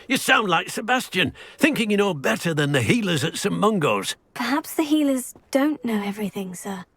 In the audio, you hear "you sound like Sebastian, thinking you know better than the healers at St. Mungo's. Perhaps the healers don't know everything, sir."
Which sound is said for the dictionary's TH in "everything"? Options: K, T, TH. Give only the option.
TH